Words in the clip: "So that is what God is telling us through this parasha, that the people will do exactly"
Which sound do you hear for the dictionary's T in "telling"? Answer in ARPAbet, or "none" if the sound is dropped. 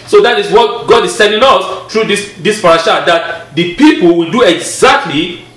S